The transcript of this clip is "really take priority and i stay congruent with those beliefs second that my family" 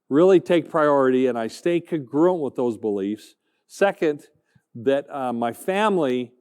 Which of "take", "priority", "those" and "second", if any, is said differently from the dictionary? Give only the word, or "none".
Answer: none